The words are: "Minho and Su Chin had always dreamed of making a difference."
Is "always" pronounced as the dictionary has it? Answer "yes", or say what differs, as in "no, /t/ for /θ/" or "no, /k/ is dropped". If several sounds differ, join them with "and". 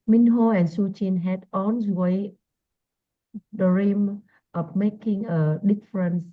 no, /z/ is dropped